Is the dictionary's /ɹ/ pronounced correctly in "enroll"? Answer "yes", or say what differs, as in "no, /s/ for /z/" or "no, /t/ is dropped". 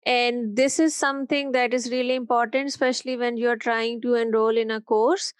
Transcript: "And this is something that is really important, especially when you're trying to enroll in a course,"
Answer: yes